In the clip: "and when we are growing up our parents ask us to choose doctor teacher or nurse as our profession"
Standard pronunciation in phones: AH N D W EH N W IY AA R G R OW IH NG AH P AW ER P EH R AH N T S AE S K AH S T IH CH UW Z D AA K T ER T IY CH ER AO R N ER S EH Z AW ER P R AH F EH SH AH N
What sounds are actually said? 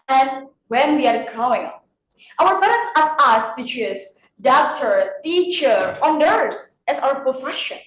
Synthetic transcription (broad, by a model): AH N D W EH N W IY AA R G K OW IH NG AW ER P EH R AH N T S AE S AH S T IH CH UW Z D AA K T ER T IY CH ER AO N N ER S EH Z AW ER P R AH F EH SH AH N